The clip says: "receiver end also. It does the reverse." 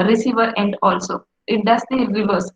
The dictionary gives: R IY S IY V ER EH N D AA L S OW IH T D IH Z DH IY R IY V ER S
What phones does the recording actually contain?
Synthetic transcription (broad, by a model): R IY S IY V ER EH N D AA L S OW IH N D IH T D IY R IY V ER S